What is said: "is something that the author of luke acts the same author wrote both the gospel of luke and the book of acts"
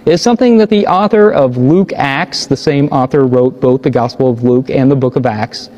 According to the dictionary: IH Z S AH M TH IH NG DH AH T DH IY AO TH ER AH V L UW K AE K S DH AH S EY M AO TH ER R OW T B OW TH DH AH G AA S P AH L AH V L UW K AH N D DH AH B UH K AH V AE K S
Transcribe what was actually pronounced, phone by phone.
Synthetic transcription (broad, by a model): IH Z S AH M TH IH NG DH AH T DH IY AO TH ER AH V L UW K AE K S DH AH S EY M AO TH ER R OW T B OW TH DH AH G AA S P L AH V L UW K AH N DH AH B UH K AH V AE K S